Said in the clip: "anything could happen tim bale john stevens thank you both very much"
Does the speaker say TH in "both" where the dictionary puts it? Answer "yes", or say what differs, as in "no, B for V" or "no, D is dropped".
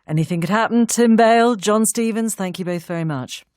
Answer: yes